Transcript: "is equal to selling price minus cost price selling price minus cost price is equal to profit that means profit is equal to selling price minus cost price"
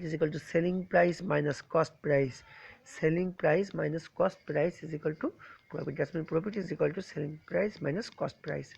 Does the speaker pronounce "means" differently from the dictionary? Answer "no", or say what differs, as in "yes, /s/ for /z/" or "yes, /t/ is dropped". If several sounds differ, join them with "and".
yes, /z/ is dropped